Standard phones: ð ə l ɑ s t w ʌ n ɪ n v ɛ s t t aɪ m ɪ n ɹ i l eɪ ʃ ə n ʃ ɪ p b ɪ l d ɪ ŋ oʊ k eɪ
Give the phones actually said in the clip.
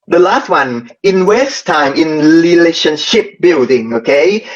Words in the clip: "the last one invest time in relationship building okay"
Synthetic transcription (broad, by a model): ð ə l ɑ s t w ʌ n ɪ n w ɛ s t t aɪ m ɪ n ɹ i l eɪ ʃ ə n ʃ ɪ p b ɪ l d ɪ ŋ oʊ k eɪ